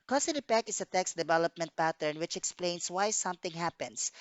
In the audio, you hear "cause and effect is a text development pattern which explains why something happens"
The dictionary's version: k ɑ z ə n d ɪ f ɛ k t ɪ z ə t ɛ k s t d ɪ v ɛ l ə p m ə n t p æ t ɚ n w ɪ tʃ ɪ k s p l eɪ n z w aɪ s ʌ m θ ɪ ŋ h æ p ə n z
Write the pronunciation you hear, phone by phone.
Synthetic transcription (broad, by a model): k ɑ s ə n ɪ p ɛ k ɪ s ə t ɛ k s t d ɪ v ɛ l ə p m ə n t p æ t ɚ n w ɪ tʃ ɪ k s p l eɪ n s w aɪ s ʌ m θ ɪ ŋ h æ p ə n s